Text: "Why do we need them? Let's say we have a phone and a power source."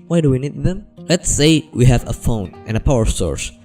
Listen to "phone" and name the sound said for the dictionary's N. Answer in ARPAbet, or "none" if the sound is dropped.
N